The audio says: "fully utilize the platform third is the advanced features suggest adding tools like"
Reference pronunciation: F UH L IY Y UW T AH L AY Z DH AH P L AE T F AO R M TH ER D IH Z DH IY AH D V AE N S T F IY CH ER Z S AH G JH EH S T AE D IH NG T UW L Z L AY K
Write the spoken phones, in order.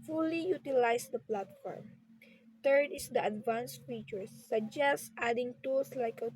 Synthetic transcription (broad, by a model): F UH L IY Y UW T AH L AY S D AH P L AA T F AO R M T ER D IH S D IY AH D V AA N S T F IY CH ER S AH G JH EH S T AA D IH NG T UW L S L AY K